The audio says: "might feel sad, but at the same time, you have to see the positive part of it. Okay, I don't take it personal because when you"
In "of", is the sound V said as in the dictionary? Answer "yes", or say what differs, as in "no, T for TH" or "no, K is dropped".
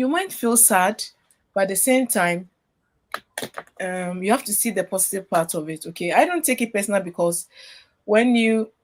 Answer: yes